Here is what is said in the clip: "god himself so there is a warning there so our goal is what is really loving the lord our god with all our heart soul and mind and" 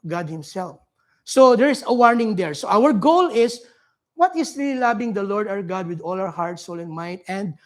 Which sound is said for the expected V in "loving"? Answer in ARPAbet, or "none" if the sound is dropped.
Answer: B